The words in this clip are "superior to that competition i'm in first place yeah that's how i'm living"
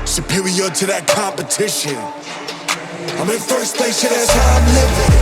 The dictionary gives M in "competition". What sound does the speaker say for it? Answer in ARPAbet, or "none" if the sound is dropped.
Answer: M